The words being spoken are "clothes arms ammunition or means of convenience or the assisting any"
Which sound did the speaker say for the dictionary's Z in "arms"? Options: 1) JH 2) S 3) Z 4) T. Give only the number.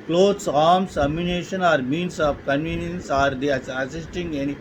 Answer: 2